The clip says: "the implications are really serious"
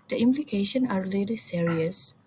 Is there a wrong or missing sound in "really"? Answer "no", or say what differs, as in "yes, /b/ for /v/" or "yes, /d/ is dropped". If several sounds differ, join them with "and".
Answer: yes, /l/ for /ɹ/